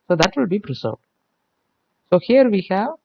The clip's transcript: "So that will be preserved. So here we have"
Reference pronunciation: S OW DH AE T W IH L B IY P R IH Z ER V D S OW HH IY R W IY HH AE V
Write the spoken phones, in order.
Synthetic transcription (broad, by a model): S OW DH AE T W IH L B IY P R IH S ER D S OW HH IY R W IY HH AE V